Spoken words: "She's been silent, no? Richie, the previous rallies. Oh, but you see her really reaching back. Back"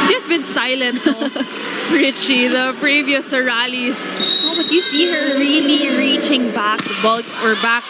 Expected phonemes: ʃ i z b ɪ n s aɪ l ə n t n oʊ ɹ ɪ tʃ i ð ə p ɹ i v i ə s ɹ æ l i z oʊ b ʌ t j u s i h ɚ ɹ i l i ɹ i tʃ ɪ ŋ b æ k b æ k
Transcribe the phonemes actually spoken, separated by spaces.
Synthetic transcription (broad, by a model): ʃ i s b ɪ n s aɪ l ə n t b ɹ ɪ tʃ i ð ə p ɹ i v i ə s ɹ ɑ l i s oʊ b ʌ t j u s i h ɚ ɹ i l i ɹ i tʃ ɪ ŋ b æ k b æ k